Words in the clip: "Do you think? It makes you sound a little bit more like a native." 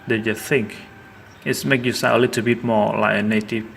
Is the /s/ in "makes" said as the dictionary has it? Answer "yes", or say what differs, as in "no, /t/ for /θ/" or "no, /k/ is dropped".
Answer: no, /s/ is dropped